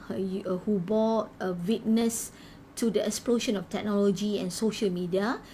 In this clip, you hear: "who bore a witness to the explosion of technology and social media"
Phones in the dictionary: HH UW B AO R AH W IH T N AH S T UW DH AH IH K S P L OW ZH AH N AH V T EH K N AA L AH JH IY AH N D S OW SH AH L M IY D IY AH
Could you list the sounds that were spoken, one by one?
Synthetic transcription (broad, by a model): HH UW B AO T AH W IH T N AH S T UW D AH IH K S P L OW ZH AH N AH F T EH K N AA L AH JH IY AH N S OW SH AH L M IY D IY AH